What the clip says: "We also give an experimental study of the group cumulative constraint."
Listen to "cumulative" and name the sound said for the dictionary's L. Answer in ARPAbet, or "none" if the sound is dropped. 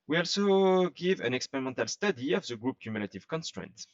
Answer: L